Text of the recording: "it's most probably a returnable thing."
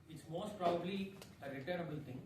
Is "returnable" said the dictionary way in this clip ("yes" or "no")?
no